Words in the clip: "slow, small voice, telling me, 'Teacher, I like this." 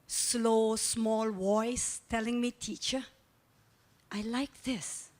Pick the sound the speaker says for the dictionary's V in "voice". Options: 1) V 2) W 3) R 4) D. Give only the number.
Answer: 2